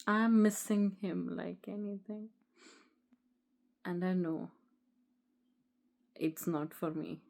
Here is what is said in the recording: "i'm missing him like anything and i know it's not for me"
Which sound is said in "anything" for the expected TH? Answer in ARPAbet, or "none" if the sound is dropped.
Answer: T